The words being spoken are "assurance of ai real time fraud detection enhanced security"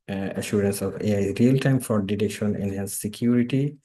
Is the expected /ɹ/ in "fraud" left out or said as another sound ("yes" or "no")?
yes